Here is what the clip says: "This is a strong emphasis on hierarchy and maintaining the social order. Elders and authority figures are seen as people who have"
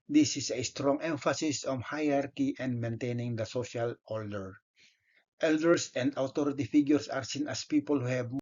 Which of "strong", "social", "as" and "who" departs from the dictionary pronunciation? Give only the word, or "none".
as